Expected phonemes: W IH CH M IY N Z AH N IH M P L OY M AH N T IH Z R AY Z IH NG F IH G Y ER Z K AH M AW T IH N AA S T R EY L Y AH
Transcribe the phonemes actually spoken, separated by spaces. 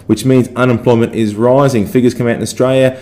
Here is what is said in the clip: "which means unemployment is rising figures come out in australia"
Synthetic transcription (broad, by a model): W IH CH M IY N Z AH N IH M P L OY M AH N T IH Z R AY Z IH NG F IH G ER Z K AH M AW T IH N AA S T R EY L Y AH